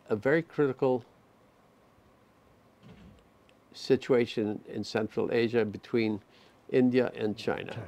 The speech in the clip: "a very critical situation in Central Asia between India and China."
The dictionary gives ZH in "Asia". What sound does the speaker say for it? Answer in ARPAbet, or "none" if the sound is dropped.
ZH